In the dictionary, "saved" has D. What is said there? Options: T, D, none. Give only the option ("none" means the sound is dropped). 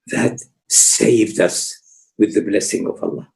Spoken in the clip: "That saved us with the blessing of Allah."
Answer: D